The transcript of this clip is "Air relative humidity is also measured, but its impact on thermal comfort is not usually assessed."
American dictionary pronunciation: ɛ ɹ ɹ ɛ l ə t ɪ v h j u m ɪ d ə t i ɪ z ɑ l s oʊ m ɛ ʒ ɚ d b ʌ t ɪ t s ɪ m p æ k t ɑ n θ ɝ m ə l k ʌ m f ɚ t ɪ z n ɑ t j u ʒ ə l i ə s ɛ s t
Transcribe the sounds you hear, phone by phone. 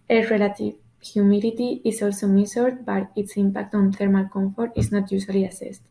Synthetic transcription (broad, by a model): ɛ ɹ ɹ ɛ l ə t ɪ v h j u m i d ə t i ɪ s ɑ l s oʊ m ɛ s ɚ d b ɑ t ɪ t s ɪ m p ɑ k t ɑ n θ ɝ m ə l k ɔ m f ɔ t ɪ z n ɑ t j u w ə l i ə s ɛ s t